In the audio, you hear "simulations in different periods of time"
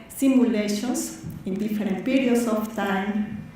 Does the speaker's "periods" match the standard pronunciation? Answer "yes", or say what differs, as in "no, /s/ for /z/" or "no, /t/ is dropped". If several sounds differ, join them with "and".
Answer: no, /s/ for /z/